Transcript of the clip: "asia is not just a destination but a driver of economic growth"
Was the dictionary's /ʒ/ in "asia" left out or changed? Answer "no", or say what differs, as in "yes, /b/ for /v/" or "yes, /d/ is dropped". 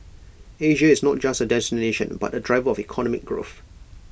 no